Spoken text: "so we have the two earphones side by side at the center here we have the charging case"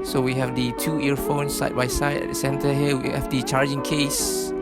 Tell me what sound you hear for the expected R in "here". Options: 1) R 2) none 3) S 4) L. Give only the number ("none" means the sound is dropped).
4